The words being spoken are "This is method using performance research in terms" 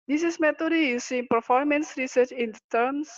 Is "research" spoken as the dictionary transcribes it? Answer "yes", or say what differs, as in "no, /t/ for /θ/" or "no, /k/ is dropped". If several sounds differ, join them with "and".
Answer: yes